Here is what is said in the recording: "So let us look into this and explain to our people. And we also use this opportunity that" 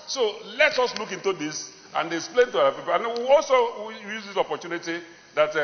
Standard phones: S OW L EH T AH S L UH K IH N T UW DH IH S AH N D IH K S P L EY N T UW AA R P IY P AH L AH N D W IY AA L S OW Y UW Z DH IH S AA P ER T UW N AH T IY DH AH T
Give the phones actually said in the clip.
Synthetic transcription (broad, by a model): S OW L EH T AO S L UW K IH N T UW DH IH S AH N D IH K S P L EY N T UW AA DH P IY P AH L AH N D W IY AA L S OW Y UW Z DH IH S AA P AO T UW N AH T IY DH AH T